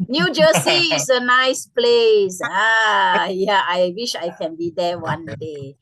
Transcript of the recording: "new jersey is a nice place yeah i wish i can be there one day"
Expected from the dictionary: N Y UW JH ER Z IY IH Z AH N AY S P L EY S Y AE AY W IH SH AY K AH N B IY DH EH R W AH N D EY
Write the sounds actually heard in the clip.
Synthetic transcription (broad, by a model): N Y UW JH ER S IY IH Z AH N AY S P L EY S Y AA AY W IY SH AY K AH N B IY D EH W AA N D EY